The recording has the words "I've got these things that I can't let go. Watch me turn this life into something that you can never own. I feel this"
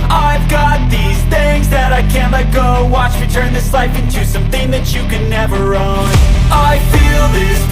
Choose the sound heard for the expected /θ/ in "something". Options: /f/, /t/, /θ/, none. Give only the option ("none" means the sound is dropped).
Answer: /θ/